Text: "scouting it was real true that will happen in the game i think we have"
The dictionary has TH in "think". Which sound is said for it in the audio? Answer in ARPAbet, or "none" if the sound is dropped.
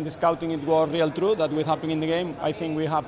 TH